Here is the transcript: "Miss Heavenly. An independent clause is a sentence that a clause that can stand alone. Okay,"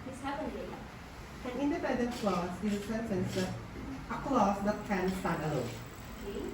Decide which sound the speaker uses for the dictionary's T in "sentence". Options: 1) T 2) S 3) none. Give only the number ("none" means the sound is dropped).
2